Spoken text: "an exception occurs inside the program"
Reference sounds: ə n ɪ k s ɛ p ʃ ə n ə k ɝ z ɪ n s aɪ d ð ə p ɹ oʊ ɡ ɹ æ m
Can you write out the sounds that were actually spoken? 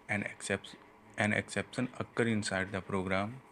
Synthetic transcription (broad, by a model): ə n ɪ k s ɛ p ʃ ə n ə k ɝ ɪ n s aɪ d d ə p ɹ oʊ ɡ ɹ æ m